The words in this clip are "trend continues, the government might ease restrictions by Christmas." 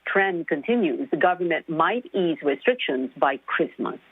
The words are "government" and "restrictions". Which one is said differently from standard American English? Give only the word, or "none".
none